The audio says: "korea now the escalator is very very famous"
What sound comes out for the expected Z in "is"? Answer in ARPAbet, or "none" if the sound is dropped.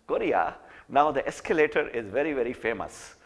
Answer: Z